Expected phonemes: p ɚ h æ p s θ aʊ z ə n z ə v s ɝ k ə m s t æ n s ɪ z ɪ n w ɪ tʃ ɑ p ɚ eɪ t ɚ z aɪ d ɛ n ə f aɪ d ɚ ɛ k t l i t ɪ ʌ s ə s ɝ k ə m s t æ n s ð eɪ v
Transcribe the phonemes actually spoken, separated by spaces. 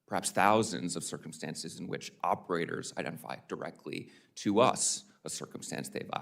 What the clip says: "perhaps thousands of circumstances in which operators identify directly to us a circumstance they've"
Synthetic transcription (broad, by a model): p ɚ h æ p s θ aʊ z ə n z ə v s ɝ k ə m s t æ n s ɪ z ɪ n w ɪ tʃ ɑ p ɚ eɪ t ɚ z aɪ d ɛ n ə f aɪ d ɚ ɛ k t l i t ɪ ʌ s ə s ɝ k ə m s t æ n s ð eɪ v